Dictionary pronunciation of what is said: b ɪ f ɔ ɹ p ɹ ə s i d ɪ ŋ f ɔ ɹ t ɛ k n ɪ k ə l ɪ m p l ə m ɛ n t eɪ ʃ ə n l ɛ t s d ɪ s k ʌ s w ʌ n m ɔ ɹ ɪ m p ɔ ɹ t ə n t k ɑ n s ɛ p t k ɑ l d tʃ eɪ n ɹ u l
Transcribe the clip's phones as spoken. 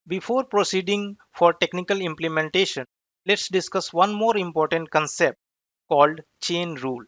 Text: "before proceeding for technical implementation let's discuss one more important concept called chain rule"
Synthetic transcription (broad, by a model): b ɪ f ɔ ɹ p ɹ ə s i d ɪ ŋ f ɔ ɹ t ɛ k n ɪ k ə l ɪ m p l ə m ɛ n t eɪ ʃ ə n l ɛ t s d ɪ s k ʌ s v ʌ n m ɔ ɹ ɪ m p ɔ ɹ t ə n t k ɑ n s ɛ p t k ɑ l d tʃ eɪ n ɹ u l